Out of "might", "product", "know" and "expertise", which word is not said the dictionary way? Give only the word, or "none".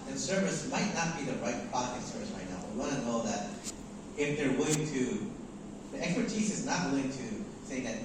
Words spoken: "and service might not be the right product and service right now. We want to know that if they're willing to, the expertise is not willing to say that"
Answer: product